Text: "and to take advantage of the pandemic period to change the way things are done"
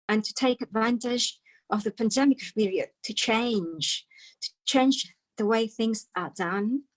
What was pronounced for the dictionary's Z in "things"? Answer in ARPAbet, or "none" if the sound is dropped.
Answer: Z